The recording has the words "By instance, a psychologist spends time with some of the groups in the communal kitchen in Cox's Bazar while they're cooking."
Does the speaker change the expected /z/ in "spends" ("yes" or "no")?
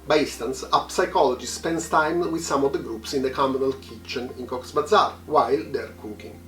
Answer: yes